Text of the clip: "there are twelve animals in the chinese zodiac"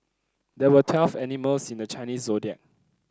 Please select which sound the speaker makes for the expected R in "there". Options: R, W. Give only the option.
W